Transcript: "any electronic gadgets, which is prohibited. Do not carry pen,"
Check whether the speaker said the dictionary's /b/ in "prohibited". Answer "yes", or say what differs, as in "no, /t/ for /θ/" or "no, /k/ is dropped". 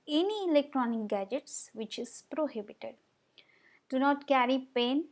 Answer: yes